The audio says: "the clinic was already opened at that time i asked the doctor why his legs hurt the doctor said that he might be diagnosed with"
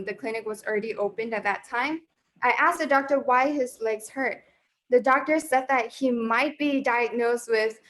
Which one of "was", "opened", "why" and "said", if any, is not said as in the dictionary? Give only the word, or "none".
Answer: none